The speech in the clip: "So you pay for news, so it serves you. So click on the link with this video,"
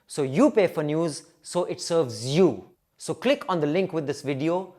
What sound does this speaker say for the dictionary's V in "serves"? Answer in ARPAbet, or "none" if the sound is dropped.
V